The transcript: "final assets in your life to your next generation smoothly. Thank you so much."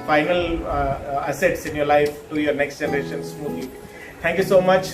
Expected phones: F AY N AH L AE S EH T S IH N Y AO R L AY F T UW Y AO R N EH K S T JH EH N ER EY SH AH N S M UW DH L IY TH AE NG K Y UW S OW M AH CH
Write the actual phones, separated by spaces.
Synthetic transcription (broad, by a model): F AY N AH L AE S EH T S IH N Y AO R L AY F T UW Y AO R N EH K S T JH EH N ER EY SH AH N S M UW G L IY T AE NG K Y UW S OW M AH CH